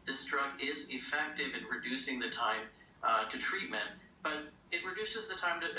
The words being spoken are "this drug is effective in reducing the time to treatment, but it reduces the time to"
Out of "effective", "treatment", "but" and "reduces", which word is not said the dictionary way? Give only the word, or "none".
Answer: none